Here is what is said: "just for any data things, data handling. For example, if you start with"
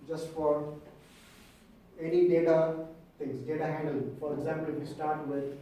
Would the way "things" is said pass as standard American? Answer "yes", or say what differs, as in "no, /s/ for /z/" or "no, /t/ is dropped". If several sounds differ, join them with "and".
no, /t/ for /θ/